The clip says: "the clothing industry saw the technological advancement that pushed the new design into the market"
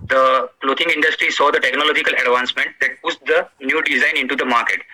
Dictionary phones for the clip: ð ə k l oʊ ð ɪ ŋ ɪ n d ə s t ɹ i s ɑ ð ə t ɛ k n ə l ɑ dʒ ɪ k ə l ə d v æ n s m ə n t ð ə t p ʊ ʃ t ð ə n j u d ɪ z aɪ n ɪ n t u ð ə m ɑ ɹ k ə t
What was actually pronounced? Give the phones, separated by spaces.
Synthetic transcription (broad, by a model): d ə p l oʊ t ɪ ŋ ɪ n d ə s t ɹ i s ɑ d ə t ɛ k n ə l ɑ dʒ ɪ k ə l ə d v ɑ n s m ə n t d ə t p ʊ s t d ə n j u d ɪ z aɪ n ɪ n t u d ə m ɑ ɹ k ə t